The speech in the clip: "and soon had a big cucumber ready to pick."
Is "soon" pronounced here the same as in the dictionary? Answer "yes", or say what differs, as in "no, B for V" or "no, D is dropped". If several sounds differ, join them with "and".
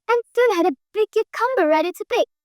no, L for N